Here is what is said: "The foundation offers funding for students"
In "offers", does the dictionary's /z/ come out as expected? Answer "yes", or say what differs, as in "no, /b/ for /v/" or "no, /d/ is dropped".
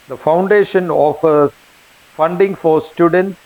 no, /z/ is dropped